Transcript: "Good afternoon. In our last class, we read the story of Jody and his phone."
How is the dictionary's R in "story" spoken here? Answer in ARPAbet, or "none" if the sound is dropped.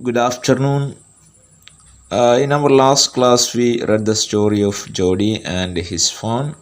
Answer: R